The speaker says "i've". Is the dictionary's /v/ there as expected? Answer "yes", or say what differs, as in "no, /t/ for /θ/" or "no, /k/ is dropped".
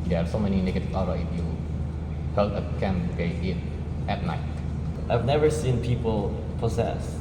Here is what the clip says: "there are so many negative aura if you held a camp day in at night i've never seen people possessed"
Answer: yes